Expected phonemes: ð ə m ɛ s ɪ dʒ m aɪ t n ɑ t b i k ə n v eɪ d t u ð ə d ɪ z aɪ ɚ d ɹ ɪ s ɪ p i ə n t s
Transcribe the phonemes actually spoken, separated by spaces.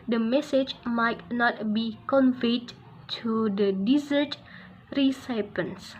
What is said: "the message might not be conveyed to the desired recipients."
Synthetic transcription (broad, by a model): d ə m ɛ s ɪ dʒ m aɪ t n ɑ t b i k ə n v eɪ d t u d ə d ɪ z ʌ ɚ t ɹ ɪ s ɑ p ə n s